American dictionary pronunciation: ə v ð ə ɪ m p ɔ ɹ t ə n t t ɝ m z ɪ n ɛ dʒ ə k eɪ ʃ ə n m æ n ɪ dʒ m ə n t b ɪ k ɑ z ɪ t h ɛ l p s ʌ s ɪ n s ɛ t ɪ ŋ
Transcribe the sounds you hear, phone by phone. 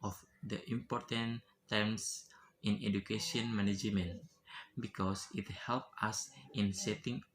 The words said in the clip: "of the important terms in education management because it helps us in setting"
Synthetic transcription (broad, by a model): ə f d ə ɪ m p ɔ ɹ t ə n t t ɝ m s ɪ n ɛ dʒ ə k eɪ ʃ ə n m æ n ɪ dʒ m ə n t b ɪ k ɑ s ɪ t h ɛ l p ʌ s ɪ n s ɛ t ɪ ŋ